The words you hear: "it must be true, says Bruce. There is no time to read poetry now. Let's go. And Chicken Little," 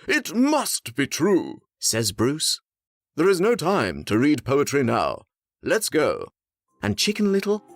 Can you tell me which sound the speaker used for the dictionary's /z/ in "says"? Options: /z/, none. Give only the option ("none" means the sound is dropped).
/z/